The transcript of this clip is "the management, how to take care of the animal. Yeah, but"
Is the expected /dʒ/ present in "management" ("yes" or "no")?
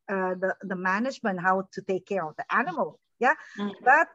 yes